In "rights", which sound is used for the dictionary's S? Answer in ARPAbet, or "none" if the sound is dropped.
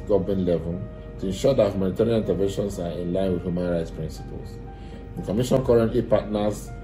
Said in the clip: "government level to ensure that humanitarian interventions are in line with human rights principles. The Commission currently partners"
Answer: S